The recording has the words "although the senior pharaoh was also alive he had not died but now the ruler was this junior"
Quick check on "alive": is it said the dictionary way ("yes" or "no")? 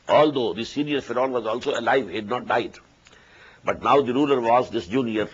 yes